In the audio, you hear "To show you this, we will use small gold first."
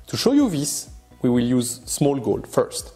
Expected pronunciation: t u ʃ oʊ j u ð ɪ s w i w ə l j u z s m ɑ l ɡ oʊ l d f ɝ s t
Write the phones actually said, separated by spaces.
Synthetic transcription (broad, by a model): t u ʃ oʊ j u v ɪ s w i w ə l j u z s m ɑ l ɡ oʊ l d f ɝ s t